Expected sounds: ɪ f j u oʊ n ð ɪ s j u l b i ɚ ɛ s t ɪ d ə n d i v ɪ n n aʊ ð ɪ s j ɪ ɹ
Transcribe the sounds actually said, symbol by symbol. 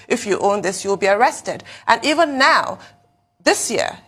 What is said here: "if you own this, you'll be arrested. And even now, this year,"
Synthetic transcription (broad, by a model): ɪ f j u oʊ n ð ɪ s j u l b i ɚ ɛ s t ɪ d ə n i v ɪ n n aʊ ð ɪ s j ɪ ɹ